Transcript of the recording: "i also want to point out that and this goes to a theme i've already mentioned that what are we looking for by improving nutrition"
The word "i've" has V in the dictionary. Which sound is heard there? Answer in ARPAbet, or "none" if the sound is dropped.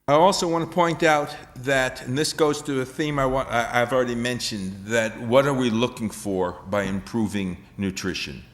W